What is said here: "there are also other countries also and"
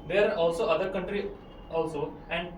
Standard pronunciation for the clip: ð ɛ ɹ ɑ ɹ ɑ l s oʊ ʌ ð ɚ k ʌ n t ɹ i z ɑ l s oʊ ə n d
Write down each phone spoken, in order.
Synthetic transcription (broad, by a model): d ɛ ɹ ɑ ɹ ɑ l s oʊ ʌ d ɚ k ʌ n t ɹ i ɑ l s oʊ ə n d